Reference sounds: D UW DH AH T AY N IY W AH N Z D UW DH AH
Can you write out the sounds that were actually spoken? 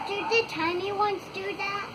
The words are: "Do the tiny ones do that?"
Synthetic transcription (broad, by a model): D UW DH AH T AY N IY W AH N S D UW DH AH